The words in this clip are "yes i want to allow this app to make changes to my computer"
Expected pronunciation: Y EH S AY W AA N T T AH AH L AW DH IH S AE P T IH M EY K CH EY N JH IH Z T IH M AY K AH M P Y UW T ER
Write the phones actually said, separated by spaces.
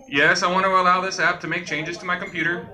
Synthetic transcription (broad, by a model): Y EH S AY W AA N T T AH AH L AW DH IH S AE P T IH M EY K CH EY N JH IH Z T IH M AY K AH M P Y UW T ER